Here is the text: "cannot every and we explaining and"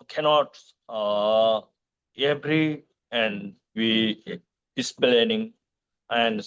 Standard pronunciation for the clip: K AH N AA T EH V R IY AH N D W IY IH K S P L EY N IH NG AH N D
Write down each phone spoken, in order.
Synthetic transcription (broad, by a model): K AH N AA T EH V R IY AH N D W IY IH S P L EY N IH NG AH N D